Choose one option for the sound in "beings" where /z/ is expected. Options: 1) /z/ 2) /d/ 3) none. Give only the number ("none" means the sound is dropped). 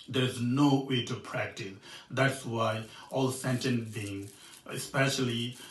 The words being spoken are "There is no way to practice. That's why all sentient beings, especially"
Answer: 3